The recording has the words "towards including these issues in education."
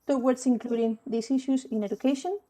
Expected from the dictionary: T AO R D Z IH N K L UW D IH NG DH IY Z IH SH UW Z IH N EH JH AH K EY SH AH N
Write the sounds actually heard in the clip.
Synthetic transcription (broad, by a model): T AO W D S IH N K L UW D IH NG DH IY S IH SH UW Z IH N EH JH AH K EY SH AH N